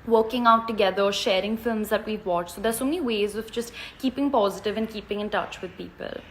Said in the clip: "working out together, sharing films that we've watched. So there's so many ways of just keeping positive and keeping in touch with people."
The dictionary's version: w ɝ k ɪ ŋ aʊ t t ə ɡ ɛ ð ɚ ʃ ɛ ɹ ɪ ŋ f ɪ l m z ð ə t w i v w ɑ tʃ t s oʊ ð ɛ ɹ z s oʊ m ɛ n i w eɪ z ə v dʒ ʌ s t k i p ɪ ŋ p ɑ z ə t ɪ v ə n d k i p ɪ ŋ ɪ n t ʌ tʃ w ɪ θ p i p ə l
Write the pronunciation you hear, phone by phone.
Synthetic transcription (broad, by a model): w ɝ k ɪ ŋ aʊ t t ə ɡ ɛ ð ɚ ʃ ɛ ɹ ɪ ŋ f ɪ l m z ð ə t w i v w ɑ tʃ t s oʊ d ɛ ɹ s oʊ m ɛ n i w eɪ z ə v dʒ ʌ s t k i p ɪ ŋ p ɑ z ə t ɪ v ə n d k i p ɪ ŋ ɪ n t ʌ tʃ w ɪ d p i p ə l